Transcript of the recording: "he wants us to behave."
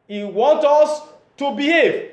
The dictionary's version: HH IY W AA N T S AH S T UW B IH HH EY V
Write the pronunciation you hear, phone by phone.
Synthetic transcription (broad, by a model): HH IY W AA N T AO S T UW B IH HH EY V